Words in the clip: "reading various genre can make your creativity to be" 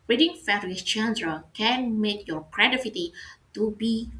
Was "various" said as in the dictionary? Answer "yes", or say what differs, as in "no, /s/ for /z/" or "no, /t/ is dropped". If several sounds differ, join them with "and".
no, /f/ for /v/